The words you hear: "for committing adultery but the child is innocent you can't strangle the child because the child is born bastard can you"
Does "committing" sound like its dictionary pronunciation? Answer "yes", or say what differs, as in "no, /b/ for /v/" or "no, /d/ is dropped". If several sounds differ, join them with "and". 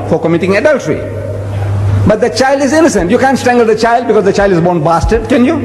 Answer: yes